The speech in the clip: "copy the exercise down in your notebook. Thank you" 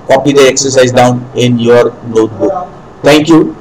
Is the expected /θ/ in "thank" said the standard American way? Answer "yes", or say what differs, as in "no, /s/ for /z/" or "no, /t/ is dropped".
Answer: no, /t/ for /θ/